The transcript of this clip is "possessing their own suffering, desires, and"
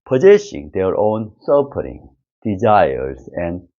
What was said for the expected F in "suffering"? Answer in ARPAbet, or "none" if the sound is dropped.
P